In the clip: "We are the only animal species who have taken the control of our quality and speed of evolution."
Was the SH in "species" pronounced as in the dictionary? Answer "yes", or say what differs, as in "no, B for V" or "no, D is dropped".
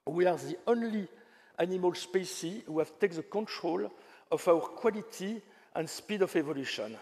no, S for SH